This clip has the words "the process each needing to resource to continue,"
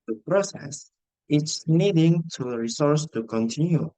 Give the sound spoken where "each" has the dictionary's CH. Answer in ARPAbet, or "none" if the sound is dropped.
S